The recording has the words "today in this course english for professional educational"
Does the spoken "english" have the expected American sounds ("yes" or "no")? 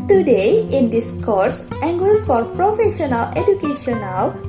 no